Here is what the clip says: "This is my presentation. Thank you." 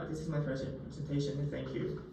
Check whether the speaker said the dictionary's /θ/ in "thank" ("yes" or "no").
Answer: yes